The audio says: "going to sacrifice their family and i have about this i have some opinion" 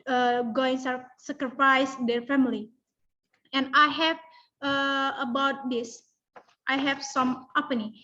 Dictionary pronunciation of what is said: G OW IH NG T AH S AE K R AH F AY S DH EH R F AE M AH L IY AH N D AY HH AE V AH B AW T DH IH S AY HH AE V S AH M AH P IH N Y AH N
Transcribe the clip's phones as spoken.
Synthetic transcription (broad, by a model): G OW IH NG S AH S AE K R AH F AY S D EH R F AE M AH L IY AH N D AY HH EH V AH B AW T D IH S AY HH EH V S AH M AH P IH N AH